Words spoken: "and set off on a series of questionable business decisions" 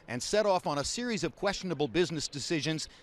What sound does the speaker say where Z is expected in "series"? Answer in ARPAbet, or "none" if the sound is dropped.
Z